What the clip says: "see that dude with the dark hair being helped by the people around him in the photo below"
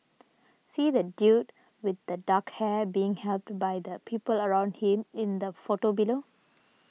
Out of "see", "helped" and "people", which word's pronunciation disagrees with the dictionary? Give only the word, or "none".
none